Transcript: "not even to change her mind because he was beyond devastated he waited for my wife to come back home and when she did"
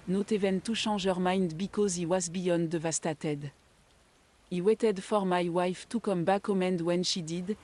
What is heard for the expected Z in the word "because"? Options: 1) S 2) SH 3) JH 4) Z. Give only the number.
4